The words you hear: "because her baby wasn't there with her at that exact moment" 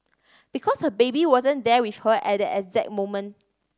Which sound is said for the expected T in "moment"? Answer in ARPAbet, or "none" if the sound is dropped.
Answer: none